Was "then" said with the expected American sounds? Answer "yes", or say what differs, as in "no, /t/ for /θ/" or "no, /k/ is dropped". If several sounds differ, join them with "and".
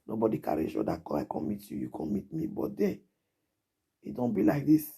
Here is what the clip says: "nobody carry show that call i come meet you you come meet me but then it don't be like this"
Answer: no, /n/ is dropped